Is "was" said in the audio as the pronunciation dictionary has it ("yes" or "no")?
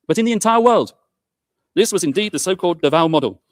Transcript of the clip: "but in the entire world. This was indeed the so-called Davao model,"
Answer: yes